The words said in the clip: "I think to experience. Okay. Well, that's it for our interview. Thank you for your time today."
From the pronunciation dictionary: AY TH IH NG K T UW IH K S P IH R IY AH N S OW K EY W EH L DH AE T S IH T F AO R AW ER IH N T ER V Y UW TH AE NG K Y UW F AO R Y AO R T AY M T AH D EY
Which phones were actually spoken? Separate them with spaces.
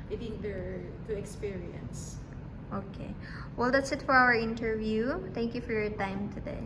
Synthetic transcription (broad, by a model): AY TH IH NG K T UW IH K S P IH R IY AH N S OW K EY W EH L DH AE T S IH T F AO R AW ER IH N T ER V Y UW T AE NG K Y UW F AO R Y AO R T AY M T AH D EY